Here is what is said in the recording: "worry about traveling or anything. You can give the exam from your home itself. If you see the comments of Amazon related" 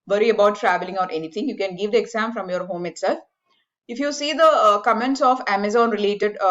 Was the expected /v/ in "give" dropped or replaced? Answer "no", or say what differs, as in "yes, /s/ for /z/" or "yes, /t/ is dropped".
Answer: no